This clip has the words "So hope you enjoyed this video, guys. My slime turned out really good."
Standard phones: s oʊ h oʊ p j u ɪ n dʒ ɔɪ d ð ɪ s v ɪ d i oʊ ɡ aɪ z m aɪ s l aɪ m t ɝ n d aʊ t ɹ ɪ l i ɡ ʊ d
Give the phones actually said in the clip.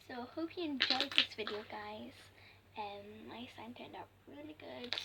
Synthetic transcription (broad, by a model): s oʊ h oʊ p j u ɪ n dʒ ɔɪ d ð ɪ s v ɪ d i oʊ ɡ aɪ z m aɪ s aɪ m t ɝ n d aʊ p ɹ ɪ l i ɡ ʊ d